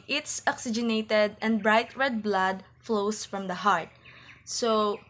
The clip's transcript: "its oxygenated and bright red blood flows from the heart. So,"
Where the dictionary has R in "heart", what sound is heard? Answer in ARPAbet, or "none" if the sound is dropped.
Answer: R